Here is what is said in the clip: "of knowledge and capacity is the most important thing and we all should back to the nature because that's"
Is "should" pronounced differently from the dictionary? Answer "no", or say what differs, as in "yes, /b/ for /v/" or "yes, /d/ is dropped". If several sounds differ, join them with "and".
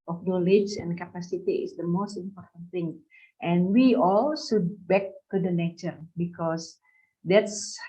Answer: yes, /s/ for /ʃ/